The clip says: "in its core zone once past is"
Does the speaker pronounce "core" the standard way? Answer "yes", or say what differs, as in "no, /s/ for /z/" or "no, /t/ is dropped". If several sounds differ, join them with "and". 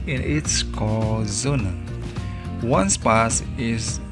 no, /l/ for /ɹ/